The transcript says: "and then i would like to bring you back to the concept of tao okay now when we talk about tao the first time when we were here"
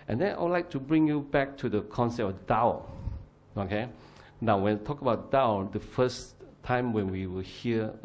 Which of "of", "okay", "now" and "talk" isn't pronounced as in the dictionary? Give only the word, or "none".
of